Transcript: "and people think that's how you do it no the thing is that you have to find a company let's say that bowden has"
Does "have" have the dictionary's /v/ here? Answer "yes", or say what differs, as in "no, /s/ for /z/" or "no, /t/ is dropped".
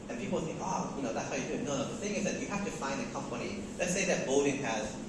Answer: no, /f/ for /v/